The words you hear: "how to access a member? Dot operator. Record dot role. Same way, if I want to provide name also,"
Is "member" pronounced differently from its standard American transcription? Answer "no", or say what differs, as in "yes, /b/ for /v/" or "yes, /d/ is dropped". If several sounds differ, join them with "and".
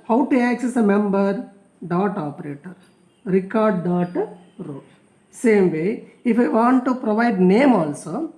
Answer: no